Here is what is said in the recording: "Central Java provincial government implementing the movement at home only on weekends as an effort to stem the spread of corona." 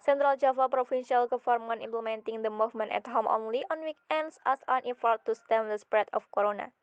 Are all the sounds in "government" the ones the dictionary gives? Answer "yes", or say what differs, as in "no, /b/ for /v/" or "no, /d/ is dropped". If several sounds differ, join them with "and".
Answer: no, /f/ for /v/ and /t/ is dropped